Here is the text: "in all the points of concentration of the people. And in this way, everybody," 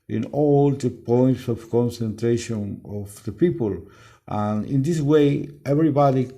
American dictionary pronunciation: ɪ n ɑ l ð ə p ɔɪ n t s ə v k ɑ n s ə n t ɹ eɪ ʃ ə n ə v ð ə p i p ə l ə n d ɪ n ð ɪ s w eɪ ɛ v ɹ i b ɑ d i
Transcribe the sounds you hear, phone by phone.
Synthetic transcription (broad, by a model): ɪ n ɑ l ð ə p ɔɪ n t s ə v k ɑ n s ə n t ɹ eɪ ʃ ə n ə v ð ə p i p ə l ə n ɪ n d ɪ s w eɪ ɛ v ɹ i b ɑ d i